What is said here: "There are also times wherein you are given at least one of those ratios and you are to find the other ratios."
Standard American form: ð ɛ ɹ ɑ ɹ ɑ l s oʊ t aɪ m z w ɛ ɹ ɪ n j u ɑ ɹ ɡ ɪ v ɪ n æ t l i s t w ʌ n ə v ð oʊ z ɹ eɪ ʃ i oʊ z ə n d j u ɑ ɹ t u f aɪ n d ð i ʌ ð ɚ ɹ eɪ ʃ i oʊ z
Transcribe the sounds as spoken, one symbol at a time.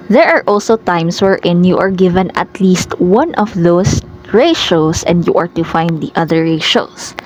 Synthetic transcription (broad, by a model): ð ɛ ɹ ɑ ɹ ɑ l s oʊ t aɪ m s w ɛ ɹ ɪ n j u ɑ ɹ ɡ ɪ v ɪ n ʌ t l i s t w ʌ n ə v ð oʊ s ɹ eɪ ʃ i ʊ s ə n d j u ɑ ɹ t u f aɪ n d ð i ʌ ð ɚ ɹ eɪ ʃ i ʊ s